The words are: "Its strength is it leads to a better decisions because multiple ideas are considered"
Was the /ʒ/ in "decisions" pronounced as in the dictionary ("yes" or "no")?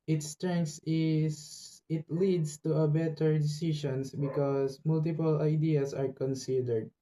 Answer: no